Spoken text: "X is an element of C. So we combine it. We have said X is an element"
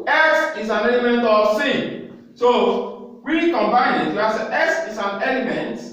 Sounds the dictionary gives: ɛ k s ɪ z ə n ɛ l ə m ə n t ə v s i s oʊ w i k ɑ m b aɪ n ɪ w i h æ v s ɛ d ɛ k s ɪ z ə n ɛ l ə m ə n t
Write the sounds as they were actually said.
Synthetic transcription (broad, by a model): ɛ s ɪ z ə n ɛ l ə m ə n t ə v s i s oʊ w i k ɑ m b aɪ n ɪ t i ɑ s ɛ ɛ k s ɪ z ə n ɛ l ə m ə n t